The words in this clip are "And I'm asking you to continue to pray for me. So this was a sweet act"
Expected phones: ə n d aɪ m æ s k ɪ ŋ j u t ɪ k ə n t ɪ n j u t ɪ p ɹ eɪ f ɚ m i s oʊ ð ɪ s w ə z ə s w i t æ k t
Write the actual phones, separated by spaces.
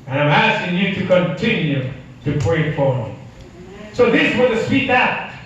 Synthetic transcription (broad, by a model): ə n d aɪ m æ s k ɪ ŋ j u t ɪ k ə n t ɪ n j u t ɪ p ɹ eɪ f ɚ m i s oʊ ð ɪ s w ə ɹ ə s w i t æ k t